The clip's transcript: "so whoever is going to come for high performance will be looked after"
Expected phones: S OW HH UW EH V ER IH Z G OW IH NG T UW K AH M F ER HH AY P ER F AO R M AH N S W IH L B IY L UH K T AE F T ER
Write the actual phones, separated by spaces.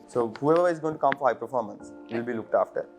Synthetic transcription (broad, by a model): S OW HH UW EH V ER IH Z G OW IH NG T UW K AH M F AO HH AY P ER F AO R M AH N S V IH L B IY L UH K T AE F T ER